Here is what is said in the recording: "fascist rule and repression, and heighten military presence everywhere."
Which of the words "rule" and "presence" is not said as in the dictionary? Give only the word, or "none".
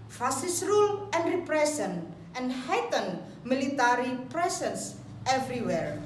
presence